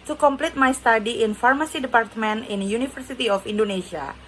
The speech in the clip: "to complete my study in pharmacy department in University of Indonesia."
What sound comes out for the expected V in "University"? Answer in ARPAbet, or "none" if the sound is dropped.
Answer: F